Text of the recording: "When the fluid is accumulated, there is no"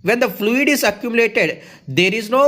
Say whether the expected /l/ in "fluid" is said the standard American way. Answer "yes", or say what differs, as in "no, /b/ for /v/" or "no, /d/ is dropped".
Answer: yes